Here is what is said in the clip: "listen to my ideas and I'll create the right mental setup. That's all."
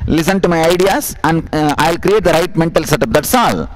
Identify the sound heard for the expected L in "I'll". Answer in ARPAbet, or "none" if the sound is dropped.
L